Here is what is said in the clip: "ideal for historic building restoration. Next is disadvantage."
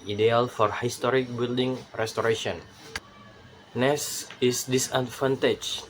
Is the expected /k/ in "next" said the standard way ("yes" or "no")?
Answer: no